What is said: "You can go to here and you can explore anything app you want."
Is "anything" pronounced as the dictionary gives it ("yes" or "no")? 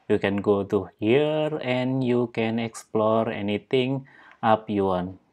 no